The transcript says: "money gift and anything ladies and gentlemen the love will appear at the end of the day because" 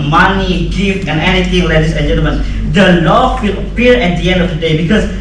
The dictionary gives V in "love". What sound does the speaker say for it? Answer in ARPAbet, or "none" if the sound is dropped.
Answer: F